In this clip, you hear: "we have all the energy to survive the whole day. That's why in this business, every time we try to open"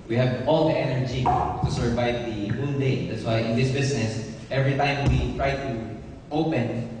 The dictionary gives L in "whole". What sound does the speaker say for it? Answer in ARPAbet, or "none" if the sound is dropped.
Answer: N